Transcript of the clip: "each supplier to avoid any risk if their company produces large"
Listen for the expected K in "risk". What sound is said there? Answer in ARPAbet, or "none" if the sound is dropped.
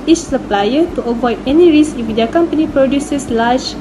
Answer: none